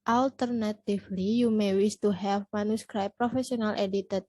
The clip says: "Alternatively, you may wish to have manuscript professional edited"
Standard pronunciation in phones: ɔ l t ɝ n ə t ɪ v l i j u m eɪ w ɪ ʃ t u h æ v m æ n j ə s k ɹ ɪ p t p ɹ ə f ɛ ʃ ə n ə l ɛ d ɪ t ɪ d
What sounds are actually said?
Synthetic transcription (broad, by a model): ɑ l t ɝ n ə t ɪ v l i j u m eɪ w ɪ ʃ t u h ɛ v m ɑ n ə s k ɹ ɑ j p ɹ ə f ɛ s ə n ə l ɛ d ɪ t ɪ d